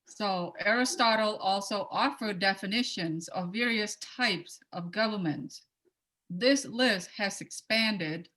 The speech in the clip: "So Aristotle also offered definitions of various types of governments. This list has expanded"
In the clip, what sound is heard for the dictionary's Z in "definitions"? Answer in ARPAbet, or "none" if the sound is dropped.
Z